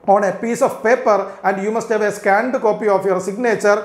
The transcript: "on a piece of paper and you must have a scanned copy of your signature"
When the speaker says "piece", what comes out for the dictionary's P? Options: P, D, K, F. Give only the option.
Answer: P